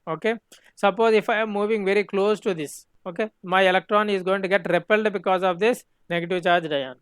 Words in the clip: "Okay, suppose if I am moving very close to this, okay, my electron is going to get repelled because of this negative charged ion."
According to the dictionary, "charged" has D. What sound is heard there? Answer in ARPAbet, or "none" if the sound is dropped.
D